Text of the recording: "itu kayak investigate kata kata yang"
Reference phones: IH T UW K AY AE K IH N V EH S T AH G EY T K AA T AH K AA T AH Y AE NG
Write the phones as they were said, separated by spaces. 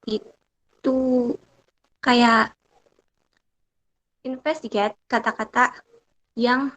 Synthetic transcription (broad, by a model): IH T UW K AY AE IH N F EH S T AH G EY T K AA T AH K AA T AH Y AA NG